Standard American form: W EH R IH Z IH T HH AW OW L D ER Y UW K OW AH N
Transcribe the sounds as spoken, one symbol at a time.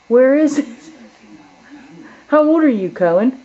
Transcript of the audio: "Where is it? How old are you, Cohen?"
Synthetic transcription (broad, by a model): W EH R IH Z IH T HH AW OW L D ER Y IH K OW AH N